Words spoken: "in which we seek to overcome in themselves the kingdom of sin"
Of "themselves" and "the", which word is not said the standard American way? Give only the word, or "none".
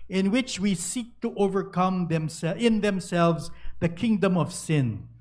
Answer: none